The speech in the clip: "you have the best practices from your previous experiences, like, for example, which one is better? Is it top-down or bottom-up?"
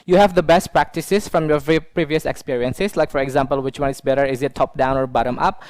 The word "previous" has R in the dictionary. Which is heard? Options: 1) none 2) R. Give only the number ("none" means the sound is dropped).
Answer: 2